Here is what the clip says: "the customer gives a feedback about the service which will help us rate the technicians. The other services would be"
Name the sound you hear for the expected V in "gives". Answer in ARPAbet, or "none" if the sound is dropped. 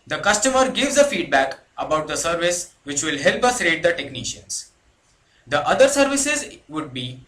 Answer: V